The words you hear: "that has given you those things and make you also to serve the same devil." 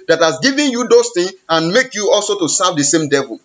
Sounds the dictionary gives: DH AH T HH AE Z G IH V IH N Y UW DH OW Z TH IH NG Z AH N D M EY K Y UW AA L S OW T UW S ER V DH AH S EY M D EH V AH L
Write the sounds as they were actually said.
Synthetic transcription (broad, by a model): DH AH T HH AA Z G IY V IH N Y UW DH OW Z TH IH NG AH N M EY K Y UW AA L S OW T UW S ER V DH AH S EY M D EH V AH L